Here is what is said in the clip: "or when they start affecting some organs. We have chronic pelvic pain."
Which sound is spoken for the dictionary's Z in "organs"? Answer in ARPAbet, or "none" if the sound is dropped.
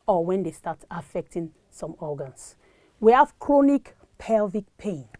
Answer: S